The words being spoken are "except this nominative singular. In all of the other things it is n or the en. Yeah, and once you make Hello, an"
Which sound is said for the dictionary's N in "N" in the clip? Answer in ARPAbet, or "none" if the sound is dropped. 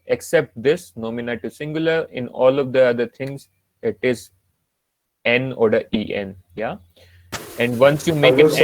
N